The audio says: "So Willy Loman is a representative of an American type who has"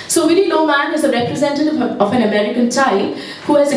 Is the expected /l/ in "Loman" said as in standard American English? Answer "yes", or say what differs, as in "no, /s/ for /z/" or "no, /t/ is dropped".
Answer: no, /n/ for /l/